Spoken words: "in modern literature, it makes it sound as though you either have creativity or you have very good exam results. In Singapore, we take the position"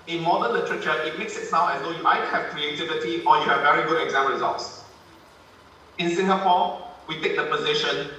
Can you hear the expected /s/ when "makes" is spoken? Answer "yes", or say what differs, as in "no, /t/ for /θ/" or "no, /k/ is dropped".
yes